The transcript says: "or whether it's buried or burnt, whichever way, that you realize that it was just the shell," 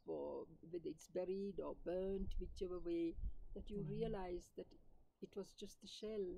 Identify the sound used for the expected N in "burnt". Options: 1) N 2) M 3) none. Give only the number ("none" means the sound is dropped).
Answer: 1